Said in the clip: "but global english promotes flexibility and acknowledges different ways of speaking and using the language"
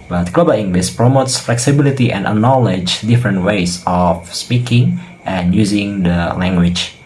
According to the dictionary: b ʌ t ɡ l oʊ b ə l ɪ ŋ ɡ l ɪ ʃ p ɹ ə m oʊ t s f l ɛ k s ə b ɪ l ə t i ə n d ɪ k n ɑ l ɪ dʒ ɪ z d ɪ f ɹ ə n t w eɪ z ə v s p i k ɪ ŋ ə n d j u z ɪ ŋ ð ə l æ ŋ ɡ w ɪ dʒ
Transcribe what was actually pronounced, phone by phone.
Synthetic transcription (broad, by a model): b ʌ t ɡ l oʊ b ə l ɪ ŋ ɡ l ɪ s p ɹ ə m oʊ t s f l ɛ k s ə b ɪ l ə t i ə n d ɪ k n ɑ l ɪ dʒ d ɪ f ɹ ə n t w eɪ s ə f s p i k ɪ ŋ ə n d j u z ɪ ŋ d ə l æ ŋ ɡ w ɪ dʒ